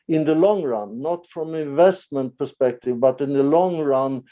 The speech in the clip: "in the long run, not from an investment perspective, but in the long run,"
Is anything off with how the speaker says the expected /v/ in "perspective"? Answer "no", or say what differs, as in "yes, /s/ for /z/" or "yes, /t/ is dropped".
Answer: no